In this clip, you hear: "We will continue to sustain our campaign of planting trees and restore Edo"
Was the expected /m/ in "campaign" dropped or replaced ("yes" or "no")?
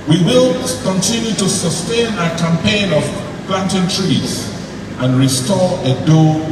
no